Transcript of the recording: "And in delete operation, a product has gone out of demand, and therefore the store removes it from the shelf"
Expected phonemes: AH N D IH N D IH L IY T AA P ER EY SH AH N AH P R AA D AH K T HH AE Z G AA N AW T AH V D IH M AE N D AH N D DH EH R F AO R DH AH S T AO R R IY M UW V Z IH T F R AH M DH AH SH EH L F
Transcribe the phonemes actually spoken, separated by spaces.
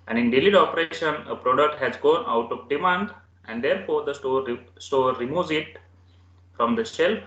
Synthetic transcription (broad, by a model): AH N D IH N D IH L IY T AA P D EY SH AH N AH P R AA D AH K T HH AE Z G AA N AW T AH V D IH M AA N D AH N D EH R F AO R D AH S T AO R R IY M UW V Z IH T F R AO M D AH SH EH L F